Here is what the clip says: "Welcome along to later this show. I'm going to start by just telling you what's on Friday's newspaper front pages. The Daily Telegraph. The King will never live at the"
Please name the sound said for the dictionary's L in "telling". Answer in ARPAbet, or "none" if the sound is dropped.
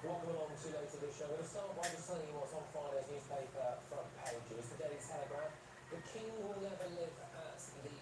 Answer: none